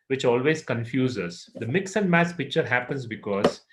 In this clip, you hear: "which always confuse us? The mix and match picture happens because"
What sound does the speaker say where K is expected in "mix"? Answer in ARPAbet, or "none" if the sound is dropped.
K